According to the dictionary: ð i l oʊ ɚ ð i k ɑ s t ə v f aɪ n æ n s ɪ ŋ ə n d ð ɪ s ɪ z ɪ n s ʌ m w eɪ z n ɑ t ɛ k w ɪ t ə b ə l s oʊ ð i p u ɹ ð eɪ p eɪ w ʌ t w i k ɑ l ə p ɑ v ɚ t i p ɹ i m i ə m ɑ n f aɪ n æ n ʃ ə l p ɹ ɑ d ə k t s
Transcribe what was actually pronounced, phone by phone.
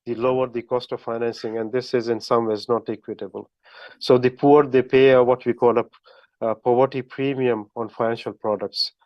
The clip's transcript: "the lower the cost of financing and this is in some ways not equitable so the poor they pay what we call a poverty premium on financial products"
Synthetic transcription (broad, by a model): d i l oʊ ɚ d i k ɑ s t ə v f aɪ n æ n s ɪ ŋ ə n d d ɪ s ɪ z ɪ n s ʌ m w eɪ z n ɑ t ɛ k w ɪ t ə b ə l s oʊ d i p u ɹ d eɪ p eɪ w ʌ t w i k ɑ l ə p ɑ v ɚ t i p ɹ i m i ə m ɑ n f aɪ n æ n ʃ ə l p ɹ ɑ d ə k t s